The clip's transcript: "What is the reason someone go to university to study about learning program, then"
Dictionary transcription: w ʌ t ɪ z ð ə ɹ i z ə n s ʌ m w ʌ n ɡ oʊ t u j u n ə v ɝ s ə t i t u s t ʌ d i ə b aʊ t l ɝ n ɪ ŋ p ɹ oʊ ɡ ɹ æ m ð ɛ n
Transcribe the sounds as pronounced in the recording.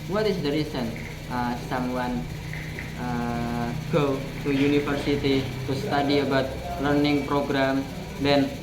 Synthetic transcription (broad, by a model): w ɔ t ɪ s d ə ɹ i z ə n s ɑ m w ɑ n ɡ oʊ t u j u n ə f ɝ s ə t i t u s t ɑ d i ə b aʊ t l ɝ n ɪ ŋ p ɹ oʊ ɡ ɹ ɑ m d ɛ n